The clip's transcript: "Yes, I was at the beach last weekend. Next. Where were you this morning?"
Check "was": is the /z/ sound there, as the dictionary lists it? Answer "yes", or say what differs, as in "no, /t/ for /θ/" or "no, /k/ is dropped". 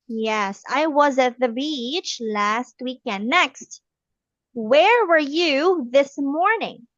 yes